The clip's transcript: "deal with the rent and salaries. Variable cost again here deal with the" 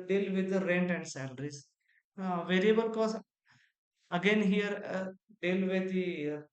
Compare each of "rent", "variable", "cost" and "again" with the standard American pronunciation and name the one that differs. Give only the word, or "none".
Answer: cost